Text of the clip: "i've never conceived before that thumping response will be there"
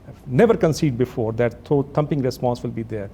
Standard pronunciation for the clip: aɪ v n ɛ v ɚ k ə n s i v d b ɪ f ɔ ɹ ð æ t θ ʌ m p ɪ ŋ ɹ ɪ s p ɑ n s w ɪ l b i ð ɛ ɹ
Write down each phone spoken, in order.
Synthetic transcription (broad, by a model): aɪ n ɛ v ɚ k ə n s i d b ɪ f ɔ ɹ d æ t t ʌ m p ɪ ŋ ɹ ɪ s p ɑ n s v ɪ l b i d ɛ ɹ